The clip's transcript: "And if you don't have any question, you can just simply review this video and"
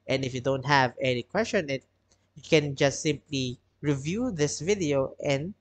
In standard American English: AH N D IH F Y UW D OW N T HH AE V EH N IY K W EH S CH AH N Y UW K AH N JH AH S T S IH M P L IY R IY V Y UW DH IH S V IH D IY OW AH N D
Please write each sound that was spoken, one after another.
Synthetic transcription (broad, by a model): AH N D IH F Y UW D OW N T HH AE V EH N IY K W EH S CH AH N Y UW K AH N JH AH S T S IH M P L IY R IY V Y UW DH IH S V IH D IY OW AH N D